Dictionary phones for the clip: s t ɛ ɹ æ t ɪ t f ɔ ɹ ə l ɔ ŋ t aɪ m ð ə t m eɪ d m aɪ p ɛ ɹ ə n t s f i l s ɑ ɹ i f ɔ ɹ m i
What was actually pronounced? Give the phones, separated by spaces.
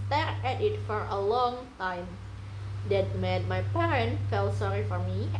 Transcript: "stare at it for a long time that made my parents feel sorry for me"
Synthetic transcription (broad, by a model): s t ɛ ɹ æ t ɪ t f ɔ ɹ ə l ɔ ŋ t aɪ m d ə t m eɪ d m aɪ p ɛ ɹ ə n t f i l s ɑ ɹ i f ɔ ɹ m i